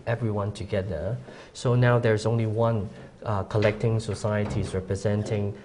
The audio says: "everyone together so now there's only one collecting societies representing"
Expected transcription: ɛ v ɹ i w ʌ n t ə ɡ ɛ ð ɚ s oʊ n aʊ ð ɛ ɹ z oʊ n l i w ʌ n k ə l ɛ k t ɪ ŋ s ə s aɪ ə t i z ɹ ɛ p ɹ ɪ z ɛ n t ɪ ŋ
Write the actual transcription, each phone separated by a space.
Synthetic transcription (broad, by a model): ɛ v ɹ i w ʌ n t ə ɡ ɛ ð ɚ s oʊ n aʊ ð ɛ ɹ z oʊ n l i w ʌ n k ə l ɛ k t ɪ ŋ s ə s aɪ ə t i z ɹ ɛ p ɹ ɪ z ɛ n t ɪ ŋ